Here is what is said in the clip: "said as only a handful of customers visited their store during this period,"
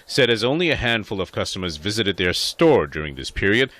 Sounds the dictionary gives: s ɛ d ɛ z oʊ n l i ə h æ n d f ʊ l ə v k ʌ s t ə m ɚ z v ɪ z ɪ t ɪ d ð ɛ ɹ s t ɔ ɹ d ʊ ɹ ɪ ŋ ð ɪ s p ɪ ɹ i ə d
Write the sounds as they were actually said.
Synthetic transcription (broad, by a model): s ɛ d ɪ z oʊ n l i ə h æ n d f ʊ l ə v k ʌ s t ə m ɚ z v ɪ z ɪ t ɪ d ð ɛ ɹ s t ɔ ɹ d ʊ ɹ ɪ ŋ ð ɪ s p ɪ ɹ i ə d